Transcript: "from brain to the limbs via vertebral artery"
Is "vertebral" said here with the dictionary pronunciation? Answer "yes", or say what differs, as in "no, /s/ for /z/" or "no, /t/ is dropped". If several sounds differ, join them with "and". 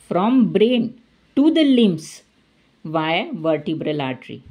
yes